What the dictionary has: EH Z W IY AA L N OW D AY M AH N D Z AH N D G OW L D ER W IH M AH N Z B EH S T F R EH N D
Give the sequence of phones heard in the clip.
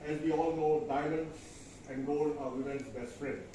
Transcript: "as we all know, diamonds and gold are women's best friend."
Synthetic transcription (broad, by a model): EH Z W IY AA L N OW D AY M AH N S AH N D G OW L ER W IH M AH N S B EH S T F R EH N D